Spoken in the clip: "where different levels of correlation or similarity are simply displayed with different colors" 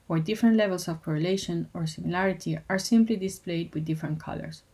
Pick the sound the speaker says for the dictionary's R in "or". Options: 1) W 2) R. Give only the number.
2